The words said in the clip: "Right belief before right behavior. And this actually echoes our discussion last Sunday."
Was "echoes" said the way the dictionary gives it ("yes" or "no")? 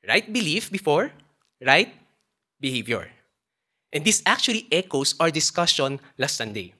no